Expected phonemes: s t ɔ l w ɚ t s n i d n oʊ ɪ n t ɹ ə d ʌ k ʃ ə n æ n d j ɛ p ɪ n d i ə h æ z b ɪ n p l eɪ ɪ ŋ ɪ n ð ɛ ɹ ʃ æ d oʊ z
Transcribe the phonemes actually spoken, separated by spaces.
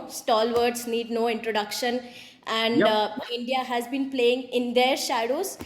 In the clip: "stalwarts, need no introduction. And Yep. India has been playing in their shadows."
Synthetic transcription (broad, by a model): s t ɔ l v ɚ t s n i d n oʊ ɪ n t ɹ ə d ʌ k ʃ ə n æ n d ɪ n d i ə h æ z b ɪ n p l eɪ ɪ ŋ ɪ n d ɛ ɹ ʃ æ d oʊ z